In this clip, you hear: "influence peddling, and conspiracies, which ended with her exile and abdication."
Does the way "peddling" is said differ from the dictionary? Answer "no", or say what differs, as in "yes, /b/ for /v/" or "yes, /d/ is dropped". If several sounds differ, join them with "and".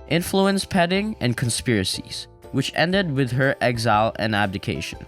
yes, /l/ is dropped